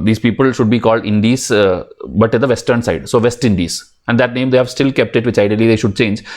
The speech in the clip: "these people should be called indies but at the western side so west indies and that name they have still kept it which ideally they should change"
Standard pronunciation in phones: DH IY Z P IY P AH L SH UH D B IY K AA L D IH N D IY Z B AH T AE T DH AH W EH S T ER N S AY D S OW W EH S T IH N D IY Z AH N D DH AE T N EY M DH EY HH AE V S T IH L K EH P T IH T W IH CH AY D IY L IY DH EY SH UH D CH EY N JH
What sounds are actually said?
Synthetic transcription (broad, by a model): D IY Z P IY P AH L SH UH D B IY K AA L D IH N D IY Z B AH T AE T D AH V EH S T ER N S AY D S OW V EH S T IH N D IY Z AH N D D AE T N EY M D EY HH AE V S T IH L K EH P T IH T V IH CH AY D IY L IY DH EY SH UH D CH EY N JH